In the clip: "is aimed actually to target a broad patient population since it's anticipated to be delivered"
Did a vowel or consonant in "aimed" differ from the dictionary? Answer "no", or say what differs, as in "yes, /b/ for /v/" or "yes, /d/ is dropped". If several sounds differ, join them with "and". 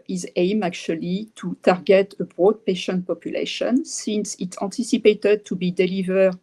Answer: yes, /d/ is dropped